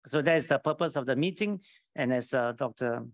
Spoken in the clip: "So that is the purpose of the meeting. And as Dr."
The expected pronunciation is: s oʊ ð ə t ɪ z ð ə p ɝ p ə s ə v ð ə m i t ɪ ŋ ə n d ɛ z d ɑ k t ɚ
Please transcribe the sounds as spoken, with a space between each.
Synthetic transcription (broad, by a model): s oʊ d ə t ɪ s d ə p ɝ p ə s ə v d ə m i t ɪ ŋ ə n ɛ s d ɑ k t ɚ